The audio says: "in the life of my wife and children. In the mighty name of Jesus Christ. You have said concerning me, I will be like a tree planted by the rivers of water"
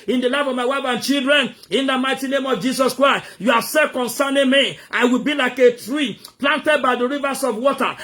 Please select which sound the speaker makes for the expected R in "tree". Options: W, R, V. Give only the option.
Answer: R